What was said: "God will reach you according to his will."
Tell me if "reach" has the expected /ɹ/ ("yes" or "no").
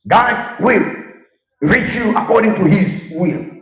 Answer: yes